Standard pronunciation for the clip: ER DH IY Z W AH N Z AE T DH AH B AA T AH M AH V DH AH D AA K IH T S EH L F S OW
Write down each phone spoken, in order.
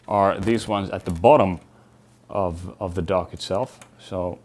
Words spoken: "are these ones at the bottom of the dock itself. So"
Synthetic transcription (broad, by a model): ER DH IY Z W AH N Z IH T DH AH B AA T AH M AH V DH AH D AA K IH T S EH L F S OW